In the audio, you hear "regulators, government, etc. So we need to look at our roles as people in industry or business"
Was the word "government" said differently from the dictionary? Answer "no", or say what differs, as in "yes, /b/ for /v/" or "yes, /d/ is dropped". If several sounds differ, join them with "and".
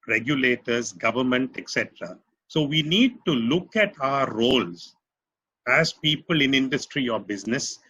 no